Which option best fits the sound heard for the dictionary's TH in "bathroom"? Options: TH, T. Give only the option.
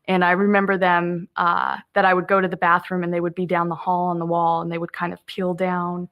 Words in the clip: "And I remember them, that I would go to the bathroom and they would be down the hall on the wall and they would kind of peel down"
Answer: TH